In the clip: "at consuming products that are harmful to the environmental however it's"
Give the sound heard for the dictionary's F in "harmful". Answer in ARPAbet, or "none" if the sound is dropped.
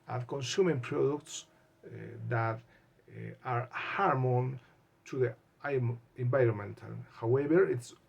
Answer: none